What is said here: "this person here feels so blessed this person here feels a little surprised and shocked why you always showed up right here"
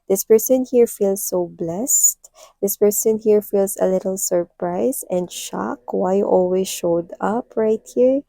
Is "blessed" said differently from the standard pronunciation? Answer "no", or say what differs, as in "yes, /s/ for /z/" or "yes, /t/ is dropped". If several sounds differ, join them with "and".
no